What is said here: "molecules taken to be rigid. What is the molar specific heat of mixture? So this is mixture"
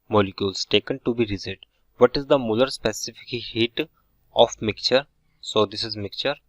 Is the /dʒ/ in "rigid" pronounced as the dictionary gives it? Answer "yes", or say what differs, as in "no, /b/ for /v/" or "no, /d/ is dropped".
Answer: no, /z/ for /dʒ/